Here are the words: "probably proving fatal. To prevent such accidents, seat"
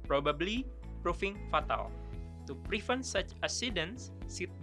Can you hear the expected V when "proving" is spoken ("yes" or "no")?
no